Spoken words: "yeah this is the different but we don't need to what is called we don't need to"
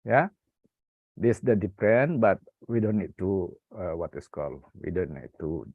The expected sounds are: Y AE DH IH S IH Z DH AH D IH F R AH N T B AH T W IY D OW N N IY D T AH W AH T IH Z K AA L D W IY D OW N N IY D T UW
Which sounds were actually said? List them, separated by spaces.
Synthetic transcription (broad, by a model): Y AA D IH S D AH D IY P R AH N B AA T W IY D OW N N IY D T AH W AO T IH S K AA L W IY D OW N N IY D T UW